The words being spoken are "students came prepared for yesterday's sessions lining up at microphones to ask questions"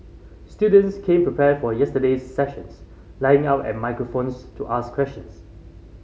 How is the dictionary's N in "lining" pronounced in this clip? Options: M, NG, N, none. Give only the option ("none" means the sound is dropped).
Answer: none